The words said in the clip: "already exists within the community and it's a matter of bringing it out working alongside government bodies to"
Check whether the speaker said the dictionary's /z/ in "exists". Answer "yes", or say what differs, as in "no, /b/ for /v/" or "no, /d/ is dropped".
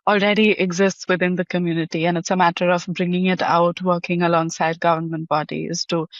yes